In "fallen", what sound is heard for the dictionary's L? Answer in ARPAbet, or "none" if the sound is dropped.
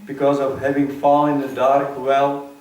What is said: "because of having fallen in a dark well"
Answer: N